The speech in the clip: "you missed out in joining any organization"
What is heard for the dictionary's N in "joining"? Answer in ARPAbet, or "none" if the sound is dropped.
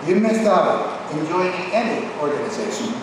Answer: none